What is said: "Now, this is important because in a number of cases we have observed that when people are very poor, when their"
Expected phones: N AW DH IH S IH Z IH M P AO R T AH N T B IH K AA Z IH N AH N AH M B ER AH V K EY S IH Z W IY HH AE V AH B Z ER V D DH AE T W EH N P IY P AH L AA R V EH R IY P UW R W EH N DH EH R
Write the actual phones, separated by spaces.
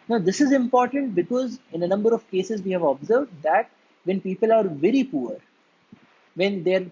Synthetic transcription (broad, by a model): N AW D IH S IH Z IH M P AO R T AH N T B IH K AA Z IH N AH N AH M B ER AH V K EY S IH Z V IY HH AE V AH B Z ER V D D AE T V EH N P IY P AH L AA R V EH R IY P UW R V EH N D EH R